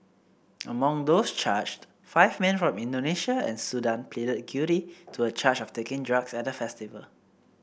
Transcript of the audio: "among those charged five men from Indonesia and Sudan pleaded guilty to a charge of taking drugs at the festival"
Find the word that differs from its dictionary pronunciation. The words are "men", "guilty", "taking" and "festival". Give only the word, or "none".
guilty